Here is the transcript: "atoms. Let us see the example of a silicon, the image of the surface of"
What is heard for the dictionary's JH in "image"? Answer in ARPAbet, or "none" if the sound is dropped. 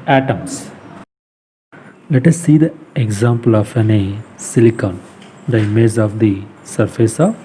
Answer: Z